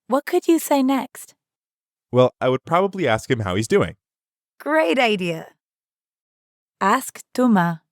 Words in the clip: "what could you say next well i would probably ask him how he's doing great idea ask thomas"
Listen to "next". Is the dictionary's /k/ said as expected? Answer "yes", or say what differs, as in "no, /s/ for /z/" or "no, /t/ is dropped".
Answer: yes